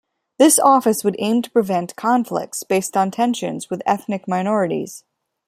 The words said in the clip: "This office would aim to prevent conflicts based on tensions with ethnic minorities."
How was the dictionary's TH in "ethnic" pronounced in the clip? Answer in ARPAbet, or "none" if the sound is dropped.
TH